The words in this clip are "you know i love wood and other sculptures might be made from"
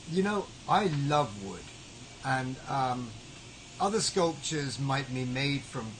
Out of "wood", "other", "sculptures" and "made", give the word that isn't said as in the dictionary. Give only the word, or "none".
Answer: none